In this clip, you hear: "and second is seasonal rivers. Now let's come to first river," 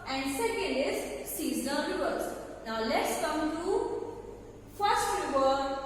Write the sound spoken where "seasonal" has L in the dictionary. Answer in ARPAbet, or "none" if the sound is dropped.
N